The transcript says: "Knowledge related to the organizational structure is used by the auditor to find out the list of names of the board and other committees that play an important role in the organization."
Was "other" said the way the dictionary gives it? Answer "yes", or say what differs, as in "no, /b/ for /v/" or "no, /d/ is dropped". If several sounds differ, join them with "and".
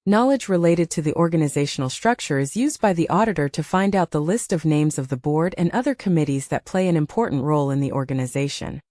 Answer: yes